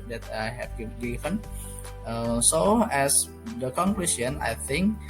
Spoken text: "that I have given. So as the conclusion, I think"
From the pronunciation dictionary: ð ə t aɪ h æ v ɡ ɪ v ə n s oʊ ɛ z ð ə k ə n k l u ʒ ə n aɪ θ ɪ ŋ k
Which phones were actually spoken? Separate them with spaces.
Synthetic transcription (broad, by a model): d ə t aɪ h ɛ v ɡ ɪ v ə n s oʊ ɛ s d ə k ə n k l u s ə n aɪ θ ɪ ŋ k